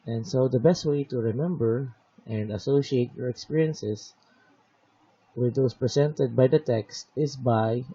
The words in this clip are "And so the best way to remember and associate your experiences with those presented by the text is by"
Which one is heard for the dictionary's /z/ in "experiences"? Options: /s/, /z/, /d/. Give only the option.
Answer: /s/